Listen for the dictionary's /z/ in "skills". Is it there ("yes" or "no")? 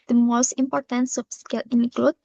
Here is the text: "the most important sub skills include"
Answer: no